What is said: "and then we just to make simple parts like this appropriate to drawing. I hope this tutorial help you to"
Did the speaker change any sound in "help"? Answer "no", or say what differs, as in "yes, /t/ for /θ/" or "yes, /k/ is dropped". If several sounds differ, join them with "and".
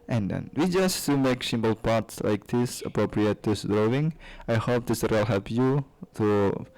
yes, /l/ is dropped